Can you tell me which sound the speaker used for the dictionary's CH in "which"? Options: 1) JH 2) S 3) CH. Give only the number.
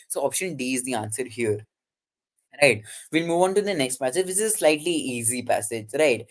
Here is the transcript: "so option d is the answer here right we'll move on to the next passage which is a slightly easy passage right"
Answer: 2